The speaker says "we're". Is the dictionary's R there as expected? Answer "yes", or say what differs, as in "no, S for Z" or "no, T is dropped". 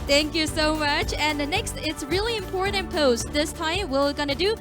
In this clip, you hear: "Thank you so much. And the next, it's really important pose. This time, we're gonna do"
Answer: no, L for R